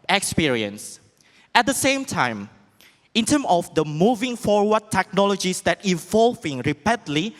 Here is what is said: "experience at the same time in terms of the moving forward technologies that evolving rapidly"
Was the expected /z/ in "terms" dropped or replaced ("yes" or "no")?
yes